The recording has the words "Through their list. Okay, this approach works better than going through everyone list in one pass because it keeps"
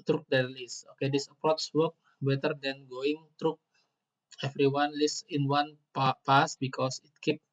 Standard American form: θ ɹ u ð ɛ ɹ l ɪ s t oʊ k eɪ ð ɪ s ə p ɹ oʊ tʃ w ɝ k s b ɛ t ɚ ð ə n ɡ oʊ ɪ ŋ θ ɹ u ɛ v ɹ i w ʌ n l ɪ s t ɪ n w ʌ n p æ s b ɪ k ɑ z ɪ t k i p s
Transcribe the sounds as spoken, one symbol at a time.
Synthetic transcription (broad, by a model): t ɹ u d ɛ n l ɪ s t oʊ k eɪ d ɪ s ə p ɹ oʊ s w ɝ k b ɛ t ɚ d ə n ɡ oʊ ɪ ŋ t ɹ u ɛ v ɹ i w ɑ n l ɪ s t ɪ n w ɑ n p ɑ s b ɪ k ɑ s ɪ t k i p